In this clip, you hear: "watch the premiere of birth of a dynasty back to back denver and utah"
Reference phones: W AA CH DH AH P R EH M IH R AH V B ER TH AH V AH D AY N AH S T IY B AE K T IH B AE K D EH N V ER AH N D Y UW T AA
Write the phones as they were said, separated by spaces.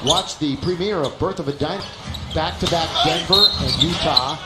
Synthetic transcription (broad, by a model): W AA CH DH AH P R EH M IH R AH V B ER TH AH V AH D AY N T B AE K T IH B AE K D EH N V ER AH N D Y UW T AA